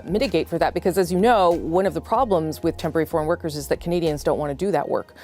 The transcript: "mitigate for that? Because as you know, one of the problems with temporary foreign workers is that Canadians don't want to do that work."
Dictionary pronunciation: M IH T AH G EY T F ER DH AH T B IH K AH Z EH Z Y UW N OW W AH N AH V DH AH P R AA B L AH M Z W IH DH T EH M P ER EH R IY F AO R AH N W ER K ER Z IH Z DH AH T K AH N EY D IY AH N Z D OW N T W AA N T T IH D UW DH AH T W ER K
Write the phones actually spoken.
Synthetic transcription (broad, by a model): M IH T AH G EY T F ER DH AH T B IH K AH Z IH Z Y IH N OW W AH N AH V DH AH P R AA B L AH M Z W IH DH T EH M P ER EH R IY F AO R AH N W ER K ER Z IH Z DH AH T K AH N EY D IY AH N Z D OW N T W AA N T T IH D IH DH AH T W ER K